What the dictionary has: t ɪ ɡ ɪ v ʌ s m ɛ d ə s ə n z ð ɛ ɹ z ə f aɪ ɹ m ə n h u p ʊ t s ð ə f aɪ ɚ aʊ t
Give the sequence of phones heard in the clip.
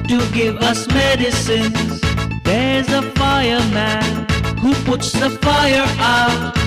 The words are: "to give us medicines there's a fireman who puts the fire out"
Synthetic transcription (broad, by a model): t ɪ ɡ ɪ v ʌ s m ɛ d ə s ə n z ð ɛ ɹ z ə f aɪ ɹ m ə n h u p ʊ t s ð ə f aɪ ɚ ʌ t